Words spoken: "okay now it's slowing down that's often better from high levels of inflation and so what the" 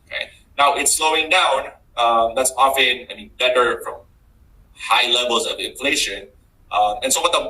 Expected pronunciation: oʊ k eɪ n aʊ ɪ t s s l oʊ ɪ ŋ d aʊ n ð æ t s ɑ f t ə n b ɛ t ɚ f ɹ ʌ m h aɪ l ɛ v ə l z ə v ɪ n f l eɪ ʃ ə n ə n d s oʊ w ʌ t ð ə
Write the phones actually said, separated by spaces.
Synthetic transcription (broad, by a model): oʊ k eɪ n aʊ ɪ t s s l oʊ ɪ ŋ d aʊ n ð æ t s ɑ f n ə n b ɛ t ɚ f ɹ ʌ m h aɪ l ɛ v ə l z ə v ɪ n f l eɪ ʃ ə n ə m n s oʊ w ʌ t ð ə